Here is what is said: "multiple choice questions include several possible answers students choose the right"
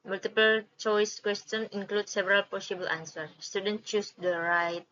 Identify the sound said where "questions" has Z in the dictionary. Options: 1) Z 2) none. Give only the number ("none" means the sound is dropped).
2